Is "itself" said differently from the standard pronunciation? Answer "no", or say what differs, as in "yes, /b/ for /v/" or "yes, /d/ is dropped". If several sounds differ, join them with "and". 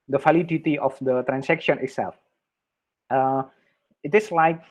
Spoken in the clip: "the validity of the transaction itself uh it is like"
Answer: no